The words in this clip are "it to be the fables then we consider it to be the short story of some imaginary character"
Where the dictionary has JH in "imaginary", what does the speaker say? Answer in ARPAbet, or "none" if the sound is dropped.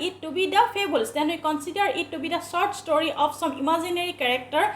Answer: Z